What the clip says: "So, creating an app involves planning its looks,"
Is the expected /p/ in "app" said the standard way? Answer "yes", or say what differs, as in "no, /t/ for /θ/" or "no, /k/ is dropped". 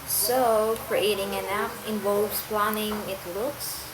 no, /f/ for /p/